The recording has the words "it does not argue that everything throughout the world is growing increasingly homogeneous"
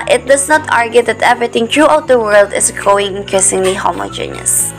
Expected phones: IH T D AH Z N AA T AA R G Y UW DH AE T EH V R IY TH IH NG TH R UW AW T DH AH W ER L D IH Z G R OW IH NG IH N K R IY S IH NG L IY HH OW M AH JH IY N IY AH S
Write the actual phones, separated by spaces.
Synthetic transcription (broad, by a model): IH T D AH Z N AA T AA R G Y UW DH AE T EH V R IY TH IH NG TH R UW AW T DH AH W ER L D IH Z G R OW IH NG IH N K R IY S IH NG L IY HH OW M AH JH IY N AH S